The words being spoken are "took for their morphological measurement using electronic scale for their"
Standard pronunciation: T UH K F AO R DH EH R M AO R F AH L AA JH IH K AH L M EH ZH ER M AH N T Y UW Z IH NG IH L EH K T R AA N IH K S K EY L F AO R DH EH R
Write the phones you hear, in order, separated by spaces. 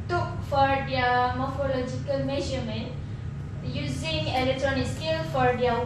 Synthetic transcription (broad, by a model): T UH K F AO R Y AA M AO R F AH L AA JH IH K AH L M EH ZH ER M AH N Y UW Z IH NG IH L EH K T R AA N IH K S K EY L F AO R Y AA